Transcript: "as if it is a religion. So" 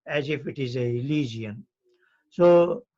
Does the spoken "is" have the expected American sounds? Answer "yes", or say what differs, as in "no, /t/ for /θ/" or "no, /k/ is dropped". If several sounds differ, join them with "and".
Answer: yes